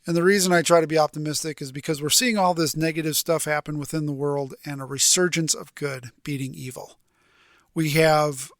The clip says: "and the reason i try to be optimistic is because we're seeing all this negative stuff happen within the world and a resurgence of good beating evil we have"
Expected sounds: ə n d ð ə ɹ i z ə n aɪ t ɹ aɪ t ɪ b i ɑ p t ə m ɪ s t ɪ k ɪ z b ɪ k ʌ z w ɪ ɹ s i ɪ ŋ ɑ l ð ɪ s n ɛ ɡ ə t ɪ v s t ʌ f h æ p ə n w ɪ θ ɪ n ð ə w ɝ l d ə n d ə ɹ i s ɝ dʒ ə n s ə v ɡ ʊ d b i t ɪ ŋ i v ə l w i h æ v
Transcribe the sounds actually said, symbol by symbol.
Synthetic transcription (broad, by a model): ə n ð ə ɹ i z ə n aɪ t ɹ aɪ t ɪ b i ɑ p t ə m ɪ s t ɪ k ɪ z b ɪ k ʌ z w ɪ ɹ s i ɪ ŋ ɑ l ð ɪ s n ɛ ɡ ə t ɪ v s t ʌ f h æ p ə n w ɪ θ ɪ n ð ə w ɝ l d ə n ə ɹ i s ɝ dʒ ə n s ə v ɡ ʊ d b i t ɪ ŋ i v l w i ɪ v